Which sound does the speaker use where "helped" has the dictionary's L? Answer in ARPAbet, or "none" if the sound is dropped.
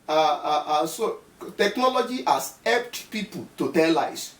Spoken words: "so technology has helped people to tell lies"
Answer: none